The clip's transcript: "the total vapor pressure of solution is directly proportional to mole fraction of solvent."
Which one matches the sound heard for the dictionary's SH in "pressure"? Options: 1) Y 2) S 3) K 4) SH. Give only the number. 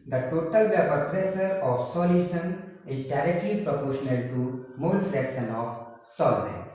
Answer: 2